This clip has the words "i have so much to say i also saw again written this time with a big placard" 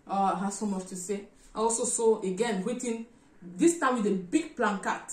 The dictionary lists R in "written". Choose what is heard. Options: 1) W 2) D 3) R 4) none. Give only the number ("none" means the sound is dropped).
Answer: 1